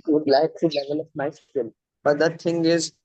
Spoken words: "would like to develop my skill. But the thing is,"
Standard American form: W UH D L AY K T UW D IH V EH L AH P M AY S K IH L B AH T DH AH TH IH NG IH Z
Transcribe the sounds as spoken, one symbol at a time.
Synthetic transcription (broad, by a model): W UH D L AY K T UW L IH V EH L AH F M AY S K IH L B AH T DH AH T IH NG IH Z